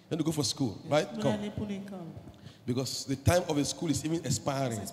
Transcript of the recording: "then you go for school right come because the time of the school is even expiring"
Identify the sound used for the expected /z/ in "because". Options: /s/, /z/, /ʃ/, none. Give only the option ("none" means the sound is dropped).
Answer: /s/